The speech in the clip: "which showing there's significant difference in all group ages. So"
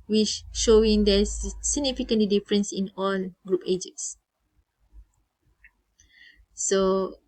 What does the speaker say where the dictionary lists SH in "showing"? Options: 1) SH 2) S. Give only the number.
1